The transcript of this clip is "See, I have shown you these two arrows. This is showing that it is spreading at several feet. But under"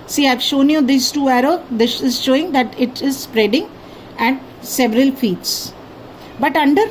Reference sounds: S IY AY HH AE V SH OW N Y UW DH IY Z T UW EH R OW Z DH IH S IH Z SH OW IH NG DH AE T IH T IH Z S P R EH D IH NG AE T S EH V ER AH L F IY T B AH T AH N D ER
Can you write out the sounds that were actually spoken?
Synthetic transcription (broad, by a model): S IY AY V SH OW N Y UW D IY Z T UW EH R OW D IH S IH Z SH OW IH NG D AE T IH T IH Z S P R EH D IH NG AE T S EH V ER AH L F IY T B AH T AH N D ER